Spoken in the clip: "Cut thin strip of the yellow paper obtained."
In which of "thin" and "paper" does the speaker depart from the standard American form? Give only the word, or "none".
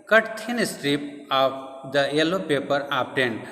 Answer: thin